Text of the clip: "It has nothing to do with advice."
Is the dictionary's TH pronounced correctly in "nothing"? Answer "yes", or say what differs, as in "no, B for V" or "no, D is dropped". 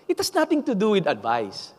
no, T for TH